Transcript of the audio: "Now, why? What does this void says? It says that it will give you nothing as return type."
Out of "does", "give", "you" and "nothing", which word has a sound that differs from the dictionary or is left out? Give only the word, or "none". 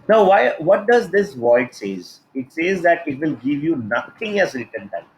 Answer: nothing